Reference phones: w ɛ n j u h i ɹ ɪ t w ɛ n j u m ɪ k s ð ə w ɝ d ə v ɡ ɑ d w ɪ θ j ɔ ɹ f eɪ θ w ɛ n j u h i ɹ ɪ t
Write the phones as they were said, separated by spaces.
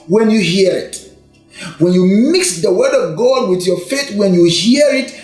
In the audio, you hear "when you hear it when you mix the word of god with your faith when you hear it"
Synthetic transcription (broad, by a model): w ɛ n j u h i ɹ ɪ t w ɛ n j u m ɪ k s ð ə w ɝ d ə v ɡ ɑ d w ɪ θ j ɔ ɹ f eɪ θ w ɛ n j u h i ɹ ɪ t